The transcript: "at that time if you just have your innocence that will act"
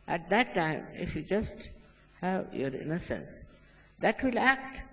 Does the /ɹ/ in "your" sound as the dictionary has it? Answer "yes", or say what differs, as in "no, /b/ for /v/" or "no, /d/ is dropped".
yes